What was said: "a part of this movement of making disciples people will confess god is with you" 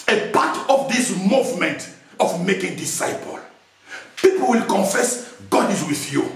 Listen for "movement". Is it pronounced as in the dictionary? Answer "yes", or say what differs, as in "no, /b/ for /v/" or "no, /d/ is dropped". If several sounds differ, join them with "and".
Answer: yes